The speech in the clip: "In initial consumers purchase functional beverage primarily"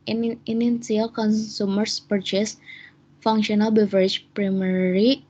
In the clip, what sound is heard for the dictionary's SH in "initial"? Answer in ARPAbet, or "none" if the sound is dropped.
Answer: none